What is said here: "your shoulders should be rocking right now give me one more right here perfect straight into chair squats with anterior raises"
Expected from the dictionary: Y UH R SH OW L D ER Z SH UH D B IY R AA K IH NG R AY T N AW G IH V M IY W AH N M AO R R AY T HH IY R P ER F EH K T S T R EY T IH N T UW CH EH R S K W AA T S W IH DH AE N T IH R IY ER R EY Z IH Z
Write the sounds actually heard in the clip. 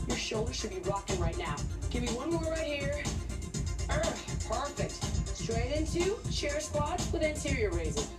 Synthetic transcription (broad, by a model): Y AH R SH OW L D ER Z SH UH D B IY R AA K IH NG R AY T N AW G IH V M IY W AH N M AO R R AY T HH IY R P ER F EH K T S T R EY T IH N T UW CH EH R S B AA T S W IH DH AE N T IH R IY ER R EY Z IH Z